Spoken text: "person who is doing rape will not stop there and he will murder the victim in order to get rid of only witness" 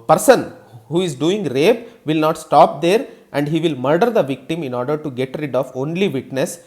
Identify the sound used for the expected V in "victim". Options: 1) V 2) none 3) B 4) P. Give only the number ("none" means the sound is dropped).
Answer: 1